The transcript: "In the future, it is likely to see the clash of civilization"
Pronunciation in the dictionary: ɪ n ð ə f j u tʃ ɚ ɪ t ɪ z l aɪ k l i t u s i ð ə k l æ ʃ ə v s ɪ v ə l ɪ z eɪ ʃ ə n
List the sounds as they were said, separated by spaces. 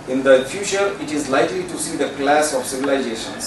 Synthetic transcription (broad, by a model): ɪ n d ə f j u tʃ ɚ ɪ t ɪ z l aɪ k l i t u s i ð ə k l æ s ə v s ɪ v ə l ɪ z eɪ ʃ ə n